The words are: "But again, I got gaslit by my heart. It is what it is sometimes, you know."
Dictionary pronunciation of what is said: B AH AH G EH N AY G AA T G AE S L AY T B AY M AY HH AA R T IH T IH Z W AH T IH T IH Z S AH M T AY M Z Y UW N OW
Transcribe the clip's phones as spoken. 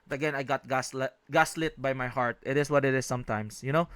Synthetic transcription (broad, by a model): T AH AH G EH N AY G AA T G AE S L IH T B AY M AY HH AA R T IH T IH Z W AH T IH T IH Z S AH M T AY M S Y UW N OW